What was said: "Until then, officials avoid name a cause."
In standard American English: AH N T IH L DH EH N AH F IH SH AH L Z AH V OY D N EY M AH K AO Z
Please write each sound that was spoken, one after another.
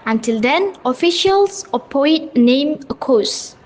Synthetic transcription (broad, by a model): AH N T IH L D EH N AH F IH SH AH L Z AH P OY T N EY M AH K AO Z